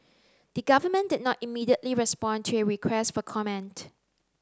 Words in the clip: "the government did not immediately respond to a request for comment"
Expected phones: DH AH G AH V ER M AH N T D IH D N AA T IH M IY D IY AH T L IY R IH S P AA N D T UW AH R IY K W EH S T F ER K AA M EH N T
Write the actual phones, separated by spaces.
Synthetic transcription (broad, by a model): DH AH G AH V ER M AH N D IH D N AA T IH M IY D IY AH T L IY R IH S P AA N T UW AH R IY K W EH S T F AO K AA M EH N T